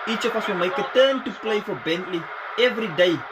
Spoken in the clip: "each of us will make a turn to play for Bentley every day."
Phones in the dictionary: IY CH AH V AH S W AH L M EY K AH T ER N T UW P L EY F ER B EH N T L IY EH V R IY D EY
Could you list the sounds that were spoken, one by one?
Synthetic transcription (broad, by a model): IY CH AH F AH S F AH M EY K AH T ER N T UW P L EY F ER B EH N T L IY EH V R IY D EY